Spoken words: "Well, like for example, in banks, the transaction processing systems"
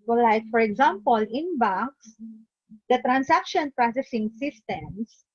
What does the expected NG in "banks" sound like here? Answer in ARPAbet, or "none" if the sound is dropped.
none